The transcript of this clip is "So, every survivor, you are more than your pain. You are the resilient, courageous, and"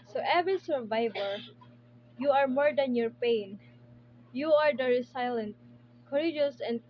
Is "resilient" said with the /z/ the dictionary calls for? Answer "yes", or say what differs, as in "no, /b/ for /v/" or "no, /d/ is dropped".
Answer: no, /s/ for /z/